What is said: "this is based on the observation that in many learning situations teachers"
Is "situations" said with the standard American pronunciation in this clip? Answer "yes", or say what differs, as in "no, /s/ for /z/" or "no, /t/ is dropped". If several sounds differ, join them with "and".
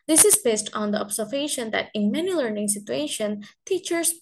no, /z/ is dropped